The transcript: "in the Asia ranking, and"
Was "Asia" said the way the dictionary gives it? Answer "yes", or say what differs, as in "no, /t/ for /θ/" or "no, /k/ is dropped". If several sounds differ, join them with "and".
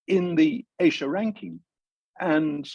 no, /ʃ/ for /ʒ/